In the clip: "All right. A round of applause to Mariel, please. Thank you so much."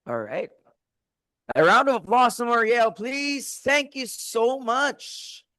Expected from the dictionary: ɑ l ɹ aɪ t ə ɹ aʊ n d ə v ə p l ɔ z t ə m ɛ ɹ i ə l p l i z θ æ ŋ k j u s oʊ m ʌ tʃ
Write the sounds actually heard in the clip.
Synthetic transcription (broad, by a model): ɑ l ɹ aɪ t ə ɹ aʊ n d ə v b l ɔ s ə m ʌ ɹ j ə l p l i z θ æ ŋ k j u s oʊ m ʌ tʃ